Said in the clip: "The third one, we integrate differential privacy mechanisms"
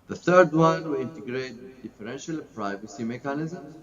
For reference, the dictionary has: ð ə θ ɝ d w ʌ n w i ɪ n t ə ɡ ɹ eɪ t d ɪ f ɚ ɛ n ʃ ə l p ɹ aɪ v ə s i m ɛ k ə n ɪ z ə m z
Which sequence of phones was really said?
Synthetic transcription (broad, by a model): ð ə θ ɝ d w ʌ n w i ɪ n t ə ɡ ɹ eɪ t d ɪ f ɚ ɛ n ʃ ə l p ɹ aɪ v ə s i m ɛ k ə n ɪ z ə m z